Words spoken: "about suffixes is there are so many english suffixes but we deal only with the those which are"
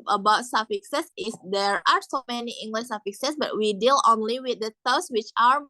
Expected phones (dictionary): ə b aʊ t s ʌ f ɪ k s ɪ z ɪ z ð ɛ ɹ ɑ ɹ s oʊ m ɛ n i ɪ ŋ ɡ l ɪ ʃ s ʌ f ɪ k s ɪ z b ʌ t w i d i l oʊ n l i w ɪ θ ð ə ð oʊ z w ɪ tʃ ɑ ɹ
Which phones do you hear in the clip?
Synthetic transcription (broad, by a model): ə b aʊ t s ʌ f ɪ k s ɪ s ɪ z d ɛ ɹ ɑ ɹ s oʊ m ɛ n i ɪ ŋ ɡ l ɪ ʃ s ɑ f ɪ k s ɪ s b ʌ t w i d i l oʊ n l i w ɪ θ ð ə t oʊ s w ɪ tʃ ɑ ɹ